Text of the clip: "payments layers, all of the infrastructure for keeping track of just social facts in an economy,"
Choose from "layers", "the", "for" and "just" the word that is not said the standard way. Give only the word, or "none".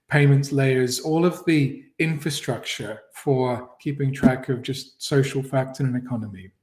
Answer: none